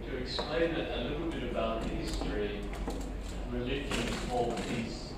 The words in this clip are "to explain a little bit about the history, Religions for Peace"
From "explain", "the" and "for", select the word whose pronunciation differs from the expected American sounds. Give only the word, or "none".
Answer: for